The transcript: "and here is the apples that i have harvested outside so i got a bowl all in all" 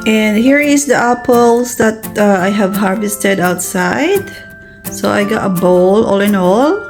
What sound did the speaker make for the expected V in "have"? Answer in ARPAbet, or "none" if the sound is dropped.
V